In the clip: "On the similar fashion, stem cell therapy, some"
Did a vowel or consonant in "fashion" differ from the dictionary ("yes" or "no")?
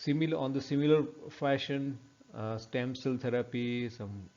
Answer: no